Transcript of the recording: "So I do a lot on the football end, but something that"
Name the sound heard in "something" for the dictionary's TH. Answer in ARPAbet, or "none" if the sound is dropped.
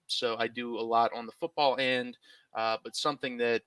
TH